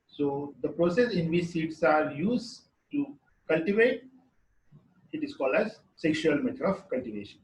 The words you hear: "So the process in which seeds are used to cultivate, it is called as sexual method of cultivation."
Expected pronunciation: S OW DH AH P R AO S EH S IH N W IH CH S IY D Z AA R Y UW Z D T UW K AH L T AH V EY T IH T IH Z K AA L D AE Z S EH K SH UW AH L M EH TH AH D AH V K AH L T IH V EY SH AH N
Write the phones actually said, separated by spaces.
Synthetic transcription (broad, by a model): S OW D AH P R AO S EH S IH N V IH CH S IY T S AA R Y UW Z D T UW K AH L T AH V EY T IH T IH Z K AA L D AE Z S EH K SH UW AH L M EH T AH D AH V K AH L T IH V EY SH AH N